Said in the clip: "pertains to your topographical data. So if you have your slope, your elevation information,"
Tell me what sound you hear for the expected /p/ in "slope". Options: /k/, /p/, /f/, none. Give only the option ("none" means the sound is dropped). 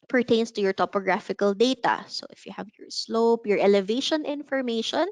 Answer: /p/